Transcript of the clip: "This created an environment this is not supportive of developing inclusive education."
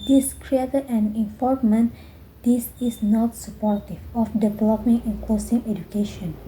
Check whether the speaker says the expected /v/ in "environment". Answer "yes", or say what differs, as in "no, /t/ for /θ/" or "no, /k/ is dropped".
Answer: no, /f/ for /v/